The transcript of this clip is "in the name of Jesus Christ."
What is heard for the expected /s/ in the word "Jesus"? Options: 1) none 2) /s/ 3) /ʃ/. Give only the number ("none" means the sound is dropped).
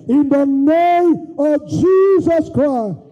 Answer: 2